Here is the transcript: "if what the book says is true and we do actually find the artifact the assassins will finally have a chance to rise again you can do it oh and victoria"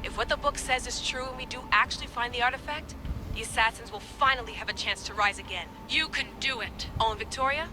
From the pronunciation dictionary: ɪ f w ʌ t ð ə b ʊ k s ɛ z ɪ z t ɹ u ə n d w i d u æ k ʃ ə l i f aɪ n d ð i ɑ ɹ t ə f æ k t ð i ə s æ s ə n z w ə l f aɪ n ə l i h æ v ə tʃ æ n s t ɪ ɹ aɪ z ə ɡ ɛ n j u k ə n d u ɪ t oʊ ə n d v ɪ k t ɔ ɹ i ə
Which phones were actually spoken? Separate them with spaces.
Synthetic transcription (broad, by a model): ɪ f w ʌ t ð ə b ʊ k s ɛ z ɪ z t ɹ u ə n w i d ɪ æ k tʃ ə l i f aɪ n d ð i ɑ ɹ t ə f æ k t ð i ə s æ s ə n z w ə l f aɪ n l i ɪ v ə tʃ æ n s t ɪ ɹ aɪ z ə ɡ ɛ n j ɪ k ə n d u ɪ t oʊ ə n v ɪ k t ɔ ɹ i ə